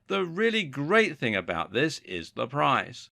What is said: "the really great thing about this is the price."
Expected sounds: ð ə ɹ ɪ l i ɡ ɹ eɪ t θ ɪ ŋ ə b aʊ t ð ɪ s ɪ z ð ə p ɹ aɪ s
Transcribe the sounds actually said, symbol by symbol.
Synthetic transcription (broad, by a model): ð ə ɹ ɪ l i ɡ ɹ eɪ t θ ɪ ŋ ə b aʊ t ð ɪ s ɪ z ð ə p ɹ aɪ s